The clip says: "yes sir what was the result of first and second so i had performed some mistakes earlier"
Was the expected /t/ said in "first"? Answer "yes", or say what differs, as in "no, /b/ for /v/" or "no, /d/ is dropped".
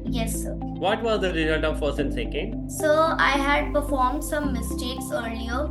no, /t/ is dropped